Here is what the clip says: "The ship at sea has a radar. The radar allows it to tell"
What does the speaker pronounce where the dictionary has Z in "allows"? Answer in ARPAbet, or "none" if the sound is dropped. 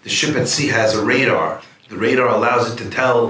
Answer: Z